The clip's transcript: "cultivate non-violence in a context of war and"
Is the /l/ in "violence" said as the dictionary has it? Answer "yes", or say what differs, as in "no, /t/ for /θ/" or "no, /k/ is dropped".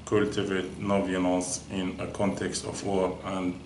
no, /n/ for /l/